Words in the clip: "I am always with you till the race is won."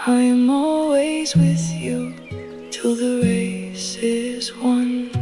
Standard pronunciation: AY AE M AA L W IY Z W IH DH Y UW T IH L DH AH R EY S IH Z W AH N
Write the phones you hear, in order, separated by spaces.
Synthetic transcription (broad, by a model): AY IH M AA L W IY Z W IH DH Y UW T IH L DH AH R EY S IH Z W AH N